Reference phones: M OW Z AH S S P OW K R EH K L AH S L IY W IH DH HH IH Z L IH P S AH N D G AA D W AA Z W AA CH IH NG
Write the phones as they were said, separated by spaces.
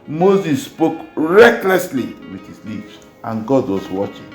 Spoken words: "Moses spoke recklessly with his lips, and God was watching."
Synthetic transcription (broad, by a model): M OW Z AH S S P OW K R EH K L AH S L IY W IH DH HH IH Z L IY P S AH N G AA D W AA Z W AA CH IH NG